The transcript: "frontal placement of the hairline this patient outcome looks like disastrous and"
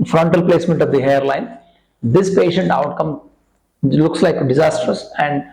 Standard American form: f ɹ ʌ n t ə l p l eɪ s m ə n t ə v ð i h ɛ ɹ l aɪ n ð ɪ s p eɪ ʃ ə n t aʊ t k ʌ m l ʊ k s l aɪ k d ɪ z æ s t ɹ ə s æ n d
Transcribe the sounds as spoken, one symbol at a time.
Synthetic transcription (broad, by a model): f ɹ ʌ n t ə l p l eɪ s m ə n t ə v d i h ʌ ɹ l aɪ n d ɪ s p eɪ ʃ ə n t aʊ t k ʌ m l ʊ k s l aɪ k d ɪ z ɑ s t ə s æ n d